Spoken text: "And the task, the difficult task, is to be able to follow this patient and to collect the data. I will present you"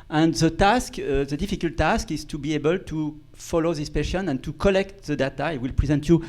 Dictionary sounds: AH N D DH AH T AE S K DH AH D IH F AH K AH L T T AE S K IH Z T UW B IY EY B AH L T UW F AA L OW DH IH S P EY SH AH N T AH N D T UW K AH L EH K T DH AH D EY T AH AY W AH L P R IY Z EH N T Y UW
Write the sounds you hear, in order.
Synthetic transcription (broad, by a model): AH N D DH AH T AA S K DH AH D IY F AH K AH L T T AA S K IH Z T UW B IY EY B AH L T UW F AA L OW DH IH S P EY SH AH N AH N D T UW K AH L EH K T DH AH D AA T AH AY W AH L P R IY Z EH N T Y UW